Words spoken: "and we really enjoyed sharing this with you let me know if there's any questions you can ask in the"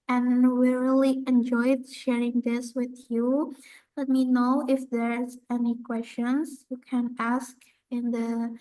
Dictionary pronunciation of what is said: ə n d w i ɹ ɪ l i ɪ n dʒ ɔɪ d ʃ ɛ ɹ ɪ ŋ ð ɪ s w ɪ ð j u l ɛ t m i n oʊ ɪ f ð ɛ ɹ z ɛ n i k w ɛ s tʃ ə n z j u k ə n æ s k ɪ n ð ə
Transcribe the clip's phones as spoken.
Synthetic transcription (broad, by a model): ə n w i ɹ ɪ l i ɪ n dʒ ɔɪ d ʃ ɛ ɹ ɪ ŋ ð ɪ s w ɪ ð j u l ɛ t m i n oʊ ɪ f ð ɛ ɹ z ɛ n i k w ɛ s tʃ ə n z j u k ə n æ s k ɪ n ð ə